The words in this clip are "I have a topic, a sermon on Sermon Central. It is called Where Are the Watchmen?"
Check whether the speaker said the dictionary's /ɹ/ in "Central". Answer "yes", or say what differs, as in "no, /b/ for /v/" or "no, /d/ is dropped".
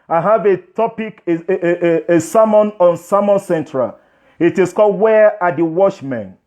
yes